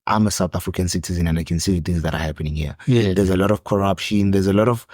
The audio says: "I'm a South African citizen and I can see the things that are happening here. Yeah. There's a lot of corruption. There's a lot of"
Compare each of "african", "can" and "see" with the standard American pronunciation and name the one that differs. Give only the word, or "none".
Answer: african